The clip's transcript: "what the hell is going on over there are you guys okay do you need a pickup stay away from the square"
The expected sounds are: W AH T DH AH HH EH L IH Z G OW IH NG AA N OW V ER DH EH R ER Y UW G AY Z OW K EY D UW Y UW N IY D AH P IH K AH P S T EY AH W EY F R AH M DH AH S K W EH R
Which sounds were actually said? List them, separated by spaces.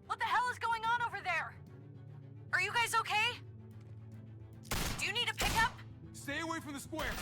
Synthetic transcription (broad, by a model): W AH T DH AH HH EH L IH Z G OW IH NG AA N OW V ER DH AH R ER Y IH G AY Z OW K EY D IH Y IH N IY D AH P IH K AH P S T EY AH W EY F R AH M DH AH S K W EH R